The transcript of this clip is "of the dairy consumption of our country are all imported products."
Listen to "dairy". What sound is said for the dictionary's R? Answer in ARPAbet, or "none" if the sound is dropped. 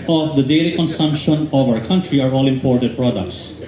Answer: L